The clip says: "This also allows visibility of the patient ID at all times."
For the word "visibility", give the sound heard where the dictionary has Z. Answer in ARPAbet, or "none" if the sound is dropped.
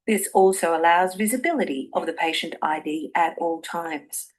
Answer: Z